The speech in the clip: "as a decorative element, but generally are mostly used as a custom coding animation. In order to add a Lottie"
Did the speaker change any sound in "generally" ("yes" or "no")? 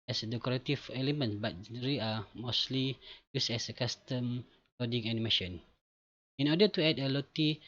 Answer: yes